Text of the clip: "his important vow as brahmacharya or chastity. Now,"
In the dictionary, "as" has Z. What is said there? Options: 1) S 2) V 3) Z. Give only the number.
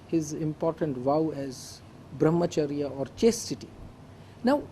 3